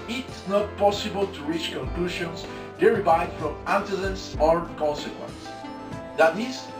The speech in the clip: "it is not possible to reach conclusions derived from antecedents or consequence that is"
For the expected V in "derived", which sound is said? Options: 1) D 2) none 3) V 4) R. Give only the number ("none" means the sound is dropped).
2